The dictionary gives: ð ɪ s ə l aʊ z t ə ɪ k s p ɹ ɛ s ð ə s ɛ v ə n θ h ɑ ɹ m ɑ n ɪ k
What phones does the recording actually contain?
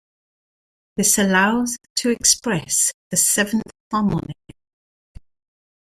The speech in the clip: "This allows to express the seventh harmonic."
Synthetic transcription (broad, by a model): ð ɪ s ə l aʊ z t ə ɪ k s p ɹ ɛ s ð ə s ɛ v ə n θ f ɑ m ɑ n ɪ